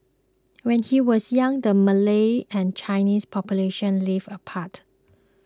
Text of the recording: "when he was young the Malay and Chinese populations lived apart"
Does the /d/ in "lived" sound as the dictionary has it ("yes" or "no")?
no